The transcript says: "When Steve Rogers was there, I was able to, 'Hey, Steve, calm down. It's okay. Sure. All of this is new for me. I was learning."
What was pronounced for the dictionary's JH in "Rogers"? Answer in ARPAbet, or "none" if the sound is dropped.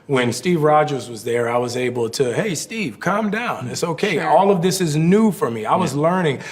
JH